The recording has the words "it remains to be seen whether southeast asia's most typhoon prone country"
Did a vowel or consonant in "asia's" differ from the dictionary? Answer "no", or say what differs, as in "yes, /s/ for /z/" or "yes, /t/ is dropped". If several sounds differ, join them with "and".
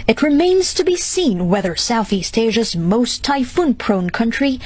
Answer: no